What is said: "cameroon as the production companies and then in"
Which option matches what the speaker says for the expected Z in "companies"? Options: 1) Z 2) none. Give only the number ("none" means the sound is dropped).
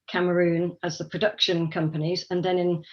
1